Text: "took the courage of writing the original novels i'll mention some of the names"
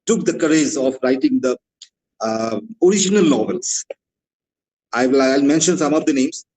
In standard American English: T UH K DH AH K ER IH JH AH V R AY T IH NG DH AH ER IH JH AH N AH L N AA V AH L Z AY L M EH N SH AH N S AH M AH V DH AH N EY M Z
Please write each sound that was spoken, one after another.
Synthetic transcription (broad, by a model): T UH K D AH K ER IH Z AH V R AY T IH NG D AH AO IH JH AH N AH L N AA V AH L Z AY L M EH N SH AH N S AH M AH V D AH N EY M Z